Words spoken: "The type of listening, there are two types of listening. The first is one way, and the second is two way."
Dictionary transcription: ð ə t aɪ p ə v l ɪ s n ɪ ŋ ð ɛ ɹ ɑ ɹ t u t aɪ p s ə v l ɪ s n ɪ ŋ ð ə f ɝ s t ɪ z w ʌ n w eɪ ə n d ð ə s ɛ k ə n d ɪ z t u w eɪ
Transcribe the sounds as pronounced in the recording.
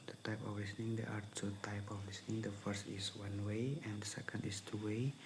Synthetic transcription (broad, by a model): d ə t aɪ p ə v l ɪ s n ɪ ŋ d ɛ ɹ ɑ ɹ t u t aɪ p ə f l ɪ s n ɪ ŋ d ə f ɝ s t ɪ s w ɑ n w eɪ ə n d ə s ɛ k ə n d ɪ s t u w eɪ